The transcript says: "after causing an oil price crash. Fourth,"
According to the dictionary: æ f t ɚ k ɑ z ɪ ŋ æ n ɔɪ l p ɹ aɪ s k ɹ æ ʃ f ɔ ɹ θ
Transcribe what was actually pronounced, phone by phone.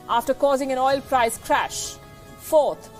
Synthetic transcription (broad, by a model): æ f t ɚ k ɑ z ɪ ŋ æ n ɔɪ l p ɹ aɪ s k ɹ æ ʃ f ɔ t